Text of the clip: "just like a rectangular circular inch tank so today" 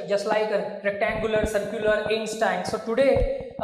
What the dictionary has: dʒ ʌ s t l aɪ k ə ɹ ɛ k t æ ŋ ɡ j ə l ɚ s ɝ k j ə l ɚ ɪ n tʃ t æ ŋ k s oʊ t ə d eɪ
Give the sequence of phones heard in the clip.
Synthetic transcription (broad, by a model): dʒ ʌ s t l aɪ k ə ɹ ɛ k t æ ŋ ɡ j ə l ɚ s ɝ k j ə l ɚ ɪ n s t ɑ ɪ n s oʊ t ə d eɪ